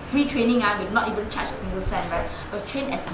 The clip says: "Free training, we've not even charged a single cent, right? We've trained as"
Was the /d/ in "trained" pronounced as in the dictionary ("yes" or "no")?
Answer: no